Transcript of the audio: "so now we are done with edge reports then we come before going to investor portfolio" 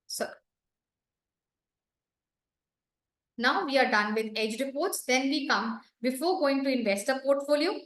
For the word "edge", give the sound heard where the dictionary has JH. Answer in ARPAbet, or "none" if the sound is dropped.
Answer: JH